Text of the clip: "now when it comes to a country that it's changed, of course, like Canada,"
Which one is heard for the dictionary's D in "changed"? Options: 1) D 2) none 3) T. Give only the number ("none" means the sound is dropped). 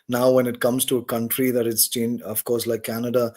2